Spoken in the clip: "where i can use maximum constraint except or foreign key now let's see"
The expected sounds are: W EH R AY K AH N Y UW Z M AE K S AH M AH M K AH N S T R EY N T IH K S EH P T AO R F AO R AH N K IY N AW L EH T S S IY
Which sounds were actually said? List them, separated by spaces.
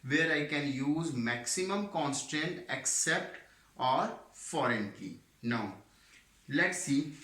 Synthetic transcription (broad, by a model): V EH R AY K AH N Y UW Z M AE K S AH M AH M K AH N S T EY N T IH K S EH P T AO R F AO R AH N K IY N AW L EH T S S IY